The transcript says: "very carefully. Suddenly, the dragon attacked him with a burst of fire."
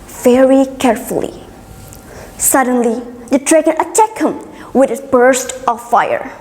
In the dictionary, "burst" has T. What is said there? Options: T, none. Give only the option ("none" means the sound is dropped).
T